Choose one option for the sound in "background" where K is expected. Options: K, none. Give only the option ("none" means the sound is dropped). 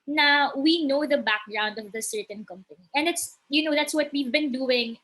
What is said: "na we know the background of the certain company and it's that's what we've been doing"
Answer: K